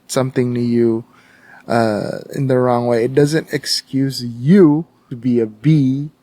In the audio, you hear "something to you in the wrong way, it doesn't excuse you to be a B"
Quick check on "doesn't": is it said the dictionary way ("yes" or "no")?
yes